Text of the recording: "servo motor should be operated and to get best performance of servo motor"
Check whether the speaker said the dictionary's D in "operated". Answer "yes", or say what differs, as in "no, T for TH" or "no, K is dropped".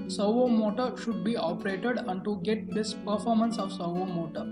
yes